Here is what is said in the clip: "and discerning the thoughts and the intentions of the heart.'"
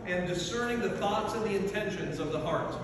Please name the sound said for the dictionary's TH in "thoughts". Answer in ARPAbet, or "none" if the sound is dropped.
TH